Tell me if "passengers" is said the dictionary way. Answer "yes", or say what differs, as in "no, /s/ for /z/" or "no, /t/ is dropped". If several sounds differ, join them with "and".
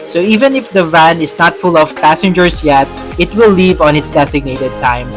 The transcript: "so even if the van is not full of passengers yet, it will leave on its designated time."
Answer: no, /s/ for /z/